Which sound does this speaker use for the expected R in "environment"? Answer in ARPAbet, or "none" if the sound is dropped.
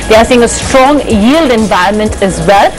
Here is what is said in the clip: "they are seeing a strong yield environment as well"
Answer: R